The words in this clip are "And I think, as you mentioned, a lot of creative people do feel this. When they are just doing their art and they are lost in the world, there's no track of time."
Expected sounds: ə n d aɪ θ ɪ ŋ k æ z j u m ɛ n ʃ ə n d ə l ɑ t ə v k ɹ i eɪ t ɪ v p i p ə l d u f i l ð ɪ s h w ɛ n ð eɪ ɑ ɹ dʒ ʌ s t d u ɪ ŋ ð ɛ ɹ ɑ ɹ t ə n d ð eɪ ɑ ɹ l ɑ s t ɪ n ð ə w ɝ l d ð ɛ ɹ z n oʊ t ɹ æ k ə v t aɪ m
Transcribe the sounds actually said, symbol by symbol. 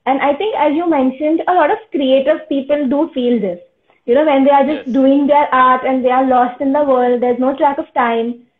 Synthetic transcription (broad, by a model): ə n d aɪ t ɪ ŋ k æ z j u m ɛ n ʃ ə n d ə l ɑ t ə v k ɹ i eɪ t ɪ v p i p ə l d u f i l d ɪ s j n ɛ n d eɪ ɑ ɹ dʒ ʌ s t d u ɪ ŋ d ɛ ɹ ɑ ɹ t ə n d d eɪ ɑ ɹ l ɑ s t ɪ n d ə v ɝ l d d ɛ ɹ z n oʊ t ɹ æ k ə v t aɪ m